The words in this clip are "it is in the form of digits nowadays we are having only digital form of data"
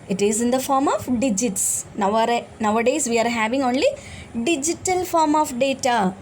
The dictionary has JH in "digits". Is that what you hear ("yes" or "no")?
yes